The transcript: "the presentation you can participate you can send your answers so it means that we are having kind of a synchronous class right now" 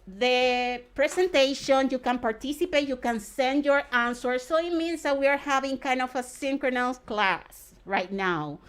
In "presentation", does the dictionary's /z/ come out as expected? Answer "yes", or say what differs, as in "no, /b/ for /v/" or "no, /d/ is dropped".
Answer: no, /s/ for /z/